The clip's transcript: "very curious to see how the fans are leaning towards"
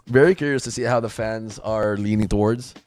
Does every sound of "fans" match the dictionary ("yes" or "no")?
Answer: yes